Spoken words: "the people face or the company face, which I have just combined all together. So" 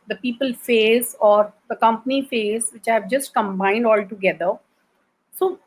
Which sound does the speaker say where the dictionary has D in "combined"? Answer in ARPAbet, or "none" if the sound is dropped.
D